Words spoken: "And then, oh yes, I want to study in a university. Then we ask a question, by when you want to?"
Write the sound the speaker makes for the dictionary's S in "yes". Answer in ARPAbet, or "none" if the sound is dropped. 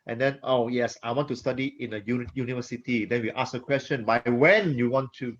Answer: S